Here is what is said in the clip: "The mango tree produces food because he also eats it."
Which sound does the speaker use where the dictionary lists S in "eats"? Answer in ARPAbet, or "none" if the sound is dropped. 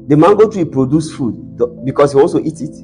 none